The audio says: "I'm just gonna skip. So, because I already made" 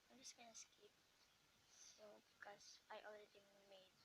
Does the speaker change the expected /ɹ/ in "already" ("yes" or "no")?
yes